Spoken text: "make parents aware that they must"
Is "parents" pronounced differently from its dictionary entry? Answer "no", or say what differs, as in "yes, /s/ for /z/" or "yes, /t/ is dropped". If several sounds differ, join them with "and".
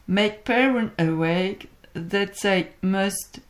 yes, /s/ is dropped